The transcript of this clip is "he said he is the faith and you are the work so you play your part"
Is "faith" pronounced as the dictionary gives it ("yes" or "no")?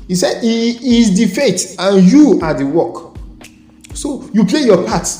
no